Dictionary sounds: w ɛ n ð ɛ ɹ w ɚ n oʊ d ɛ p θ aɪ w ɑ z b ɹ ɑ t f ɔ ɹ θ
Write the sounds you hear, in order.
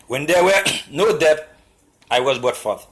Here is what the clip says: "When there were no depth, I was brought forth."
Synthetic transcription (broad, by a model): w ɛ n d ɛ w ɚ n oʊ d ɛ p aɪ w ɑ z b ɑ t f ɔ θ